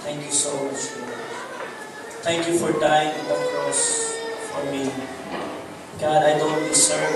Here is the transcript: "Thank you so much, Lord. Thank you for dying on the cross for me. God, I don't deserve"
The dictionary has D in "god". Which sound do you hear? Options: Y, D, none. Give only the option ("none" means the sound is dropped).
D